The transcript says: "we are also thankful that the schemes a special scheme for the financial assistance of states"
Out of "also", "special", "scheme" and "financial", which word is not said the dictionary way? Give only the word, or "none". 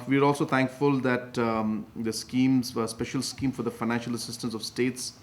none